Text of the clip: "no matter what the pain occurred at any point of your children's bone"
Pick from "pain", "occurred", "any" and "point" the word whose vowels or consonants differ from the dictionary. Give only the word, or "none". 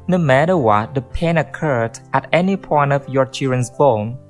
none